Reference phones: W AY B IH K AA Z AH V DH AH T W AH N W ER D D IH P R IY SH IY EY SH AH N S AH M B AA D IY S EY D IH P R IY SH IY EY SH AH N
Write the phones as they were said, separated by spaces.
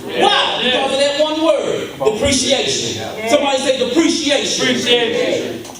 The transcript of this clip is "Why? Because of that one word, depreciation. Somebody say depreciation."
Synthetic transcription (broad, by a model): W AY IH AA AH DH AH T W AH N W ER D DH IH P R IY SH IY EY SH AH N S AH M B AA D IY S EY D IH P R IY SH IY EY SH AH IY